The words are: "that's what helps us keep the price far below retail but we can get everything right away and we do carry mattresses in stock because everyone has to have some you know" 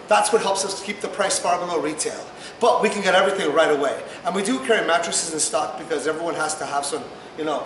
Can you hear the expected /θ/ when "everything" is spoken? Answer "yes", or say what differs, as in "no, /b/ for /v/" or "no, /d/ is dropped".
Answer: yes